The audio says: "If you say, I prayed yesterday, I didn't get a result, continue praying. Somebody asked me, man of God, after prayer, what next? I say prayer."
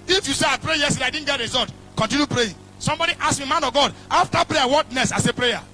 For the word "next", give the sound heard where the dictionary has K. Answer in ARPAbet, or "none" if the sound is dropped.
none